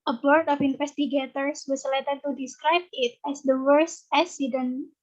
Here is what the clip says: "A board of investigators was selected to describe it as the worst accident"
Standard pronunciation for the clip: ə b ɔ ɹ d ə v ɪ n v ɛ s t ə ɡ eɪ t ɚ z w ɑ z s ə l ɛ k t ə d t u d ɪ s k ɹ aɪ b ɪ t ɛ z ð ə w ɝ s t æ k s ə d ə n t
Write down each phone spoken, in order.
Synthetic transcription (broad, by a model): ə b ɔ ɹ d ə f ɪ n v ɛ s t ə ɡ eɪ t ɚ s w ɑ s l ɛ t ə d t u d ɪ s k ɹ aɪ b ɪ t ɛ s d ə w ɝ s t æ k s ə d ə n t